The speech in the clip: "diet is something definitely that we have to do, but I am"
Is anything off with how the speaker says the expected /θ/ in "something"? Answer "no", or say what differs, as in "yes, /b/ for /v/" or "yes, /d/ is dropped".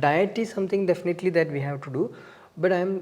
yes, /t/ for /θ/